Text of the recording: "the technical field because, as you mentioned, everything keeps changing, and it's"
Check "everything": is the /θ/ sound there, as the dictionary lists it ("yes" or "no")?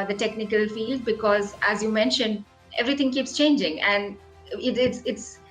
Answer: no